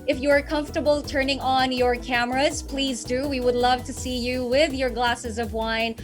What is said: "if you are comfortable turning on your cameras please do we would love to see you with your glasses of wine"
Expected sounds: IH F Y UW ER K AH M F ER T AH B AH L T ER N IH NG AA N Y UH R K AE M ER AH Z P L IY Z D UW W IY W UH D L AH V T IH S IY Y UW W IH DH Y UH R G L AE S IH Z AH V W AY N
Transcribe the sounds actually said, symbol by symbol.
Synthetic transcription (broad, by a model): IH F Y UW ER K AH M F T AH B L T ER N IH NG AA N Y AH R K AE M ER AH Z P L IY Z D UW W IY W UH D L AH V T IH S IY Y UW W IH DH Y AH R G L AE S IH Z AH V W AY N